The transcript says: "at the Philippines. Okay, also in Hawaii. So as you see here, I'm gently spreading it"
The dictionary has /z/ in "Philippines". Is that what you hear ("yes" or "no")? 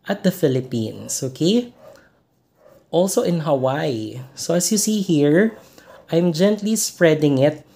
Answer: no